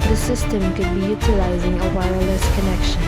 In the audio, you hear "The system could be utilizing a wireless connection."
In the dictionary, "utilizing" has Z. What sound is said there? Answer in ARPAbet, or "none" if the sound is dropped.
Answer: Z